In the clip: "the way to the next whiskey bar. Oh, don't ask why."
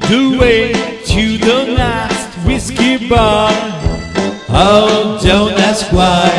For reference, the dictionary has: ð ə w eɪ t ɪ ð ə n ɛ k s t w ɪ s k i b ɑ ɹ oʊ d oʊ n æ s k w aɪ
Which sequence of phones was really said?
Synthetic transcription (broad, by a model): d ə w eɪ t ɪ ð ə l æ s t w ɪ s k i b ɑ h oʊ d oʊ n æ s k w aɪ